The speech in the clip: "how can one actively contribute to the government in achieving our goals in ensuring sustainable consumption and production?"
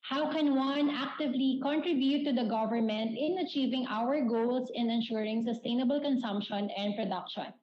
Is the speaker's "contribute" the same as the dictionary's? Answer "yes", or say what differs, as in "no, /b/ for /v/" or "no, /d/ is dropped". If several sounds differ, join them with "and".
yes